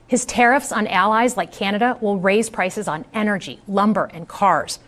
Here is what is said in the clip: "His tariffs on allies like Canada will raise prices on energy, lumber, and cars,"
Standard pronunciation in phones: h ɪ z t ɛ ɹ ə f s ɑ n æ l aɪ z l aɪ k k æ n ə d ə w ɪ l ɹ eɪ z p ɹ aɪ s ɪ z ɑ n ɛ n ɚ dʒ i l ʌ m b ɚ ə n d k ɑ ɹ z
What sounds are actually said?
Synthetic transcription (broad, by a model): h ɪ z t ɛ ɹ ə f s n æ l aɪ z l aɪ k k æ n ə d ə w ɪ l ɹ eɪ z p ɹ aɪ s ɪ z n ɛ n ɚ dʒ i l ʌ m b ɚ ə n k ɑ ɹ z